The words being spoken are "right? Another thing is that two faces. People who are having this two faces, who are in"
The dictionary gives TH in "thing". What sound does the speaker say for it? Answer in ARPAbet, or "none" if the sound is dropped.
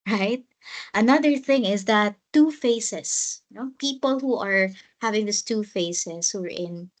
TH